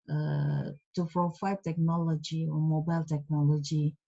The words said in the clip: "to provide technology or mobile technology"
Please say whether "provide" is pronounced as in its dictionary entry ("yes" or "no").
no